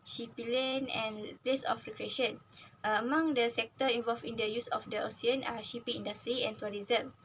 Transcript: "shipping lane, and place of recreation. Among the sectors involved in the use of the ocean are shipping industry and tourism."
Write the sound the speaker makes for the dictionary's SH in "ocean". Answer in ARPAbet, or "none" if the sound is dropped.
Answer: S